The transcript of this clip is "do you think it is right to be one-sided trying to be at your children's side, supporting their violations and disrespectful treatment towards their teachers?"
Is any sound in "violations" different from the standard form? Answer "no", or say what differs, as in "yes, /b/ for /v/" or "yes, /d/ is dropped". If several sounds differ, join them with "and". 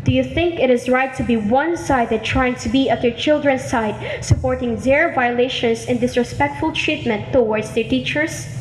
yes, /s/ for /z/